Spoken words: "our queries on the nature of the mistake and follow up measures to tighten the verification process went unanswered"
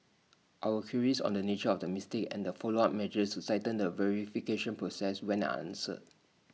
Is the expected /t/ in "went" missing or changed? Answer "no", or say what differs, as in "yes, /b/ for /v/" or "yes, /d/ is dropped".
yes, /t/ is dropped